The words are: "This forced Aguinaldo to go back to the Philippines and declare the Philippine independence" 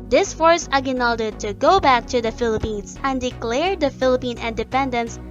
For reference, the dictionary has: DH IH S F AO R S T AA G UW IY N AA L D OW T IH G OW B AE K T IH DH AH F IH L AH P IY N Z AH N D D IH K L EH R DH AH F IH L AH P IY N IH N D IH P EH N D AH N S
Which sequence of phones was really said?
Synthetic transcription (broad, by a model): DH IH S F AO R S AA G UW N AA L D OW T IH G OW B AE K T IH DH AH F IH L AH P IY N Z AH N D D IH K L EH R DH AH F IH L AH P IY N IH N D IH P EH N D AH N S